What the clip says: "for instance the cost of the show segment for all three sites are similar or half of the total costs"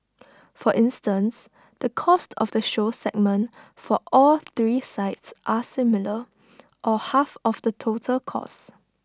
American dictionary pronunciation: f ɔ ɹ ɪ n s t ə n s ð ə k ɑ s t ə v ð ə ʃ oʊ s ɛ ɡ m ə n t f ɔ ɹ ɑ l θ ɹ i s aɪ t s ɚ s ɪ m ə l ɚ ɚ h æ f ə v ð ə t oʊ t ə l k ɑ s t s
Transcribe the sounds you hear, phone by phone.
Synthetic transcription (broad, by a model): f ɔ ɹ ɪ n s t ə n s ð ə k ɑ s t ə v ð ə ʃ oʊ s ɛ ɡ m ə n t f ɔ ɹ ɑ l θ ɹ i s aɪ t s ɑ s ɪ m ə l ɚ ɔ h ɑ f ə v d ə t oʊ t ə l k ɑ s s